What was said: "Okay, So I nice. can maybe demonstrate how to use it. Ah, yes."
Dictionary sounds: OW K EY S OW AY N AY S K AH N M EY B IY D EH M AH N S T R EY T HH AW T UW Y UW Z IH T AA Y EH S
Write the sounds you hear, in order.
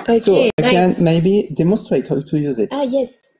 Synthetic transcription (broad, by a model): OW S OW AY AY K AH N M EY B IY D EH M AH N S T R EY T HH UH T UW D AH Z IH T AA Y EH S